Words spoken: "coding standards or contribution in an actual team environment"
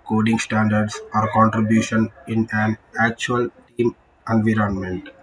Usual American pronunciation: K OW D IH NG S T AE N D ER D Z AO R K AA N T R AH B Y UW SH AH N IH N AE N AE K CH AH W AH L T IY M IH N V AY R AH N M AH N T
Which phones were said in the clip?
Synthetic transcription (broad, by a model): K OW D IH NG S T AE N D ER D S AO R K AA N T R AH B Y UW SH AH N IH N AE N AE K CH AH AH L T IY M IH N V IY R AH N M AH N T